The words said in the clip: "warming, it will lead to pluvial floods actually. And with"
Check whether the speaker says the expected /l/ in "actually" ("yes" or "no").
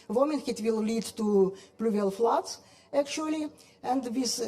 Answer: yes